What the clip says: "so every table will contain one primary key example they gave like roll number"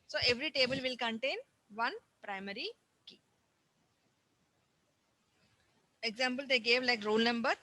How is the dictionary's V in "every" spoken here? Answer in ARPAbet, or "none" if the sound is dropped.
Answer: V